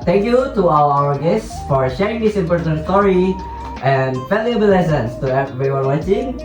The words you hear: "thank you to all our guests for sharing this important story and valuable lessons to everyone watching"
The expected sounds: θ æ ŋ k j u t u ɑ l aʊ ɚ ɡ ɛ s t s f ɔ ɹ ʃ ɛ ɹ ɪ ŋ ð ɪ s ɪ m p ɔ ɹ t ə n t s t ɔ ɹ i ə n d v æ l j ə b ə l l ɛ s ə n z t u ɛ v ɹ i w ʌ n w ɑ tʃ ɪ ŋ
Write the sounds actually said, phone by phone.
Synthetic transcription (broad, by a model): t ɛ ŋ k j u t u ɑ w aʊ ɚ ɡ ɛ s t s f ɔ ɹ ʃ ɛ ɹ ɪ ŋ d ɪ s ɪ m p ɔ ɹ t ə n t s t ɔ ɹ i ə n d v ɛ l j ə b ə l l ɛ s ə n s t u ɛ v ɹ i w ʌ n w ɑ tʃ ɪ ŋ